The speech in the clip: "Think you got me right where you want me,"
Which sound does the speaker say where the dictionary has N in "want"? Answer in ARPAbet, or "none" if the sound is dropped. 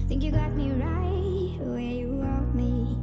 none